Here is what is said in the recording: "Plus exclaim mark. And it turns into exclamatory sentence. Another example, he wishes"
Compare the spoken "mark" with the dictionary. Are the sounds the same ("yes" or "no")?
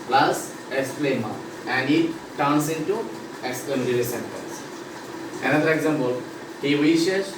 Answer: no